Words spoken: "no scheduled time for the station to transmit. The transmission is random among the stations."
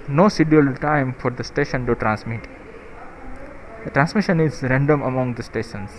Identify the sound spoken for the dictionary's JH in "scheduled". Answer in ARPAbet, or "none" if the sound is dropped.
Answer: none